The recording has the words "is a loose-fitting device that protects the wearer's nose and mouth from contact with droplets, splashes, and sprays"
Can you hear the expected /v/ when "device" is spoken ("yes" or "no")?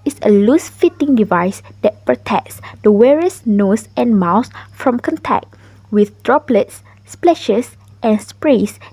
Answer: yes